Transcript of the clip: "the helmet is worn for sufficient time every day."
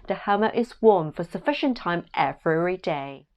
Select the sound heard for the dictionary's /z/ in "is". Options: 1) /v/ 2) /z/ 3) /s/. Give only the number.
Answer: 2